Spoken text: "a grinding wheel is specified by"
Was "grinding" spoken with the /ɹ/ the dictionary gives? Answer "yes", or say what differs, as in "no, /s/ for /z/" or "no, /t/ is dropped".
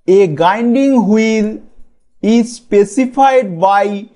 no, /ɹ/ is dropped